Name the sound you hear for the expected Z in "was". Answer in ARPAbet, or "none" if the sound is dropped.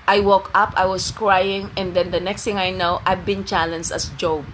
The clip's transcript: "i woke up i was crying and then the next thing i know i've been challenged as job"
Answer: S